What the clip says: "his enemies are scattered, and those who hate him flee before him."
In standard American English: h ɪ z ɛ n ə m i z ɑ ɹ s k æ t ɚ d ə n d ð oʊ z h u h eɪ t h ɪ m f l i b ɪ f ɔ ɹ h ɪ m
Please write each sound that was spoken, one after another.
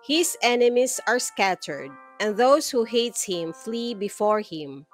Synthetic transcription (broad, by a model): h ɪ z ɛ n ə m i s ɑ ɹ s k æ t ɚ d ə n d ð oʊ s h u h eɪ t h ɪ m f l i b ɪ f ɔ ɹ h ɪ m